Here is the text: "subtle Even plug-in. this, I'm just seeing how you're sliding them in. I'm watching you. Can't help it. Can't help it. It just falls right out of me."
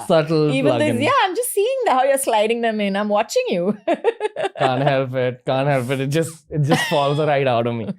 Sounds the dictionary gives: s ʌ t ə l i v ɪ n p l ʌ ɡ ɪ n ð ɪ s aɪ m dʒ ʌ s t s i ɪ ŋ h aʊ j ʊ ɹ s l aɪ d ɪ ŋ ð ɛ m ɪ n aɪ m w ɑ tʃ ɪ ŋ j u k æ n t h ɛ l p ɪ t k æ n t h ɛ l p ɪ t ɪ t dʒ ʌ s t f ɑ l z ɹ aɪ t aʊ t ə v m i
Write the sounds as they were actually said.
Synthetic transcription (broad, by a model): s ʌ t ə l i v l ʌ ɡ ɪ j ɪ aɪ m dʒ ʌ s t s i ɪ ŋ h aʊ j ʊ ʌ s l aɪ d ɪ ŋ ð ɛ m ɪ n aɪ m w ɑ tʃ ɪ ŋ j u k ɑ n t h ɛ l p ɪ t k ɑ n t h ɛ l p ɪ t ɪ t dʒ ʌ s t f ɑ l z ɹ aɪ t aʊ t ə v m i